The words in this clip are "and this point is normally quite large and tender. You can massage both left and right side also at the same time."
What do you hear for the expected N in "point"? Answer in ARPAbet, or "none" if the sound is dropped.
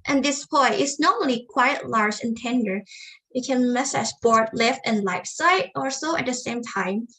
none